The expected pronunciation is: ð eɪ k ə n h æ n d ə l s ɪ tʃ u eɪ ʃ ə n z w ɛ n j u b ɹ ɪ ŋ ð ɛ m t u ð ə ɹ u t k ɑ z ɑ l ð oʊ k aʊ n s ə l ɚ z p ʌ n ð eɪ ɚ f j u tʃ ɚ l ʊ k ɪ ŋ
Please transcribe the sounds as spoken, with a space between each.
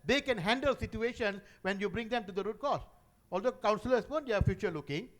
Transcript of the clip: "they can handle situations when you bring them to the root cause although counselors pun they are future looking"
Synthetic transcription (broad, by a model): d eɪ k ə n h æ n d ə l s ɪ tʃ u eɪ ʃ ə n w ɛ n j u b ɹ ɪ ŋ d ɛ m t u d ə ɹ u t k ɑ s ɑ l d oʊ k aʊ n s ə l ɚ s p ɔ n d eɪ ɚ f j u tʃ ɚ l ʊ k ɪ ŋ